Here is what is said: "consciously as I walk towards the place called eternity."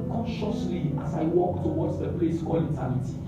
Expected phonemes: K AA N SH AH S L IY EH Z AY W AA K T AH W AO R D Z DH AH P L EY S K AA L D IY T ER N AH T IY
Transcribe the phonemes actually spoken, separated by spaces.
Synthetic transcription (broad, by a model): K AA N SH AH S L IY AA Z AY W AA K T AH W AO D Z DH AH P L EY S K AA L IY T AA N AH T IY